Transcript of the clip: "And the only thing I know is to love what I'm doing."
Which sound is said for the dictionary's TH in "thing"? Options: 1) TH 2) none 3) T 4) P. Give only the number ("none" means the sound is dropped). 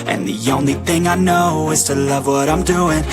1